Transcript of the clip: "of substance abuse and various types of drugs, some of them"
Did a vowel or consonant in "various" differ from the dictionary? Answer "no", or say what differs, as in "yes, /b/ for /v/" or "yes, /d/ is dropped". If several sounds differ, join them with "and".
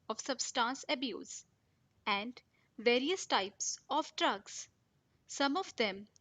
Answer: no